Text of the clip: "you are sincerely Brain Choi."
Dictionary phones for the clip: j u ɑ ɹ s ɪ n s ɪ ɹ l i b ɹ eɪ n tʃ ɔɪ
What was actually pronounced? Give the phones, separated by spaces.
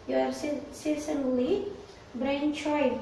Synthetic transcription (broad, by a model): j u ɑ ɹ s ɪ s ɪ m l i b ɹ eɪ n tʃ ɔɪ